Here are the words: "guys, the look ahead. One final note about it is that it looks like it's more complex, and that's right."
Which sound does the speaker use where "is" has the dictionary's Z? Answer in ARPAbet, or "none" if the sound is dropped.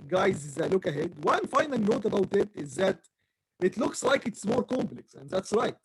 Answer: Z